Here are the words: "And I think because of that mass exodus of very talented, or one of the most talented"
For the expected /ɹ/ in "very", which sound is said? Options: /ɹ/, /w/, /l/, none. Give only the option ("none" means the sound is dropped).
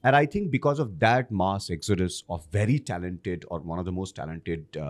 /ɹ/